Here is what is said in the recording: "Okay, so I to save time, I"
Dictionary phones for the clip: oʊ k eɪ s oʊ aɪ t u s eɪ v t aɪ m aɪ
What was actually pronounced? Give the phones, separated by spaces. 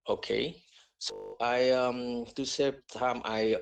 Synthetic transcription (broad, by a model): oʊ k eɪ s oʊ aɪ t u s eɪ p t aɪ m aɪ